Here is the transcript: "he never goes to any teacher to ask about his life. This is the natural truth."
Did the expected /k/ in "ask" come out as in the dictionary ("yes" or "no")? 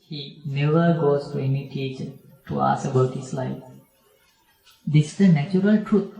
no